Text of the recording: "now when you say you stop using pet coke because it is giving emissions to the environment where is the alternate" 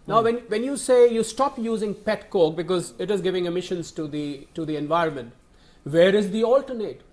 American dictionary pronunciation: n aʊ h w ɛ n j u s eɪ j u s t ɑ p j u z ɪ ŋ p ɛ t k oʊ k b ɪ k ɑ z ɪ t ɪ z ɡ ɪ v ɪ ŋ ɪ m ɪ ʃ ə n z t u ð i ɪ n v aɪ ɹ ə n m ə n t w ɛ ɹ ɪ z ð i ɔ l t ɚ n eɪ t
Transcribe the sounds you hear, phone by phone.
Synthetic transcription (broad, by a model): n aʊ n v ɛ n j u s eɪ j u s t ɑ p j u z ɪ ŋ p ɛ t k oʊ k b ɪ k ɑ z ɪ t ɪ z ɡ ɪ v ɪ ŋ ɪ m ɪ ʃ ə n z t u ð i ɪ n v aɪ ɹ ə n m ə n t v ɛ ɹ ɪ z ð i ɔ l t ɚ n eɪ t